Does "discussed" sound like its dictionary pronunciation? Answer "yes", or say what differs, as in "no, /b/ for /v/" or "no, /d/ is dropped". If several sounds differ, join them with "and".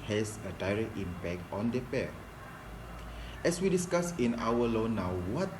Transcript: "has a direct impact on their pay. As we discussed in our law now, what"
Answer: no, /t/ is dropped